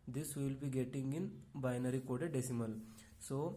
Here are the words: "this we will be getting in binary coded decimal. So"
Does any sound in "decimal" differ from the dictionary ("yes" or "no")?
no